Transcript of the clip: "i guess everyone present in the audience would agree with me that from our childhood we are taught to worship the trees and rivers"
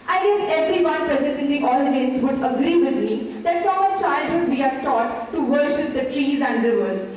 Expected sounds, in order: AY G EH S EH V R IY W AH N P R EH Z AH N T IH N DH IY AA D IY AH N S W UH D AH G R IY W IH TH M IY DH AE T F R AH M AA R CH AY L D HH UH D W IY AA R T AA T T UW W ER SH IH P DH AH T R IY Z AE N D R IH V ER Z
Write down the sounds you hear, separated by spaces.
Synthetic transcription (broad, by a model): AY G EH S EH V R IY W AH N P R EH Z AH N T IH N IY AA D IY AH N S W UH D AH G R IY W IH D M IY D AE T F R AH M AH CH AY L D HH UH D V IY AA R T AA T T UW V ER SH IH P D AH T R IY Z AE N D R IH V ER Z